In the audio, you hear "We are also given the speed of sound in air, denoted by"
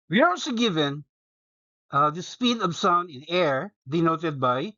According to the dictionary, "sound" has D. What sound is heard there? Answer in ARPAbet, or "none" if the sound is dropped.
none